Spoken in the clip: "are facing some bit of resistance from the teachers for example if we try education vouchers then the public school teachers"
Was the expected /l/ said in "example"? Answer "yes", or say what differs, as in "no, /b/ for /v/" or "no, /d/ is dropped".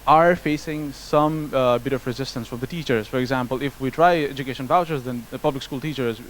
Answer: yes